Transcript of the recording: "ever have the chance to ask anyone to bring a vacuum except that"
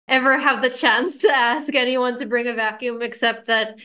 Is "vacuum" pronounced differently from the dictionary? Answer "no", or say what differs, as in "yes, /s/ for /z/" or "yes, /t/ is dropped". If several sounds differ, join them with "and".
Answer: no